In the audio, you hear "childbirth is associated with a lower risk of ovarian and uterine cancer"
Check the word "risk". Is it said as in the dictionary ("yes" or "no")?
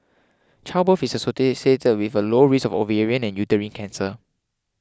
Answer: no